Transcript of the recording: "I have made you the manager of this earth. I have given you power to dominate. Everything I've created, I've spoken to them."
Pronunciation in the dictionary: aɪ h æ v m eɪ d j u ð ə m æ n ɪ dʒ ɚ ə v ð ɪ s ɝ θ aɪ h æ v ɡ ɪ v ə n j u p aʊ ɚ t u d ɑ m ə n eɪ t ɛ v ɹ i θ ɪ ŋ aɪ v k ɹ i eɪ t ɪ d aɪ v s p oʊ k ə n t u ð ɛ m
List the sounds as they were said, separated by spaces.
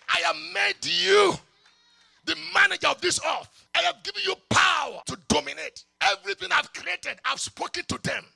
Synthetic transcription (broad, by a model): aɪ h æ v m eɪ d j u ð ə m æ n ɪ dʒ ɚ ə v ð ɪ s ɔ f aɪ h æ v ɡ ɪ v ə n j u p aʊ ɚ t u d ɑ m ə n eɪ t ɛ v ɹ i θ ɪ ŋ aɪ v k ɹ i eɪ t ɪ d aɪ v s p oʊ k ə n t u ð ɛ m